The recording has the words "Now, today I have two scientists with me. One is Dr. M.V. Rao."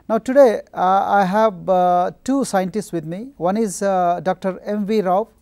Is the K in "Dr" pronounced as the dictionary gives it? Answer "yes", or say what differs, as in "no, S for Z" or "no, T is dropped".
yes